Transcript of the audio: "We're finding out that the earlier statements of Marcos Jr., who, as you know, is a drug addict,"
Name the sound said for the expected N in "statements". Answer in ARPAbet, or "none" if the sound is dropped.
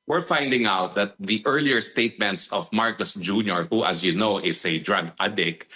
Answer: N